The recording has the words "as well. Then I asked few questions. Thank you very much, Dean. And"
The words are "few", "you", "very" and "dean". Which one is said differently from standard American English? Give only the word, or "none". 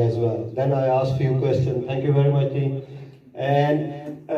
dean